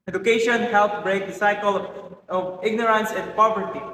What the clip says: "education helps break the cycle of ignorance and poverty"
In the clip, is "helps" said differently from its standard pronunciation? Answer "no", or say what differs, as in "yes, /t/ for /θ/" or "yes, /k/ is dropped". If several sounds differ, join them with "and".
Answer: yes, /s/ is dropped